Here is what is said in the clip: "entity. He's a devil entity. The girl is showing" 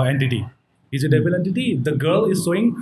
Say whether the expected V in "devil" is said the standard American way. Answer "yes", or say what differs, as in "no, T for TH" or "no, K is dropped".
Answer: no, B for V